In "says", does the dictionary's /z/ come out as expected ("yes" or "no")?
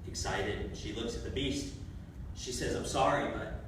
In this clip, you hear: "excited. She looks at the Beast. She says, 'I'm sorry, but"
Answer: yes